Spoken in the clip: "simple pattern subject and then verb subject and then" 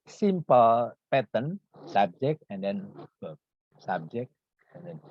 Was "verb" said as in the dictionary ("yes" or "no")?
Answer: no